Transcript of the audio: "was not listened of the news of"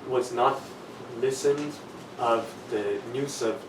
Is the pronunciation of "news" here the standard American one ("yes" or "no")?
no